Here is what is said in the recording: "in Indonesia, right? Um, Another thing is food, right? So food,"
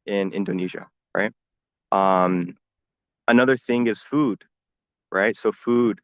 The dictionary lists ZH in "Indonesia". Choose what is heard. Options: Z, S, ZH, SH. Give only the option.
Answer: ZH